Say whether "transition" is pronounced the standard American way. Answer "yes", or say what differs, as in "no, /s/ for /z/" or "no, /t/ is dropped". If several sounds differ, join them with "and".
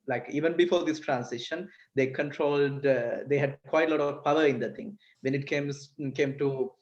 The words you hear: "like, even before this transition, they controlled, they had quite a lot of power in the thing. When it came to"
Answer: no, /s/ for /z/